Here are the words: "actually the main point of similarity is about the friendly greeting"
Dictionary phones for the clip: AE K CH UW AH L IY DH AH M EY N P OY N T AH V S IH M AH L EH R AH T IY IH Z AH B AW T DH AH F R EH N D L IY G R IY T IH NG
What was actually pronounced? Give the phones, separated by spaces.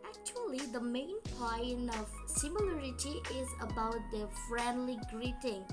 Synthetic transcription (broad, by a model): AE K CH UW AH L IY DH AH M EY N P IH N AH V S IH M AH L EH R AH T IY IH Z AH B AW T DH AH F R EH N D L IY G R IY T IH NG